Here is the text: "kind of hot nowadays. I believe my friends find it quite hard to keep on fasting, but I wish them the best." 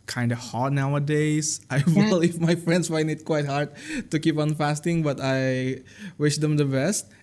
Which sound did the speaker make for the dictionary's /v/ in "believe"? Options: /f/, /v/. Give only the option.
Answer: /f/